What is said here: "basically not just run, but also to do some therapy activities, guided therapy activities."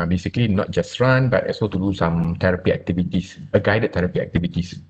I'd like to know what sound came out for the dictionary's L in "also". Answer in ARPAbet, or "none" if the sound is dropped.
none